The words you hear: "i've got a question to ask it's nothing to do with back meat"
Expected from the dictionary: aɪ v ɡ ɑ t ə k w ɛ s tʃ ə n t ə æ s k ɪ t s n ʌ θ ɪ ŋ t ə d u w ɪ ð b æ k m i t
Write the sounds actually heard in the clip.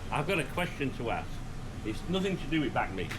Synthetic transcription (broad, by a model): aɪ v ɡ ɑ t ə k w ɛ s tʃ ə n t ə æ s ɪ t s n ʌ θ ɪ ŋ t ə d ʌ w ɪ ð b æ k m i